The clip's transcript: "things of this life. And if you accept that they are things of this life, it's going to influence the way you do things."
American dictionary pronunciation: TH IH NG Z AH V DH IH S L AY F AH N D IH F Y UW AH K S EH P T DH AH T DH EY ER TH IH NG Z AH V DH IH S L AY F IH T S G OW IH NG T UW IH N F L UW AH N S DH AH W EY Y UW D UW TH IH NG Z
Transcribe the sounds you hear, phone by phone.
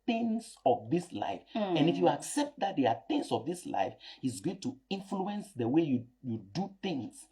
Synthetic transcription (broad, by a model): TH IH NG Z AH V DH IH S L AY F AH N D IH F Y UW AH K S EH P T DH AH T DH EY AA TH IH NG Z AH V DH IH S L AY F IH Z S G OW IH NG T UW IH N F L UW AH N S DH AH W EY Y UW D UW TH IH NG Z